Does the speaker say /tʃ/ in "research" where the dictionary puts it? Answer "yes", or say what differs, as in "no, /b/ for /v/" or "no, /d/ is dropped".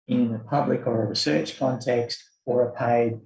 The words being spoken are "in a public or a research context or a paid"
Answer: yes